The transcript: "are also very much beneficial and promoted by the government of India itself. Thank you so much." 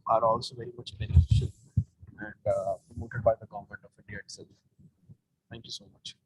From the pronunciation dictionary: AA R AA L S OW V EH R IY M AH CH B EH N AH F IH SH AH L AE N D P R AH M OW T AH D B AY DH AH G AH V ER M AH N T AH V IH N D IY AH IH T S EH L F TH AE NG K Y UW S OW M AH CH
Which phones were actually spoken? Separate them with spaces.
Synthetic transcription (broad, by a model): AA R AA L S OW V EH R IY M AH CH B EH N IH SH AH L AE N D P R AH M OW T AH D B AY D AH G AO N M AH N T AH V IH D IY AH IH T S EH L F T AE NG K Y UW S OW M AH CH